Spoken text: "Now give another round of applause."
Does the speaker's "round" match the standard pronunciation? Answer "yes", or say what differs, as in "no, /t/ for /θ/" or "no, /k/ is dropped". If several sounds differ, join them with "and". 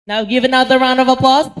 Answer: yes